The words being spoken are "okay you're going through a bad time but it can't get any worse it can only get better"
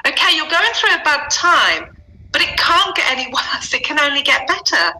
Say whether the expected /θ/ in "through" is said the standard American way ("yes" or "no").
yes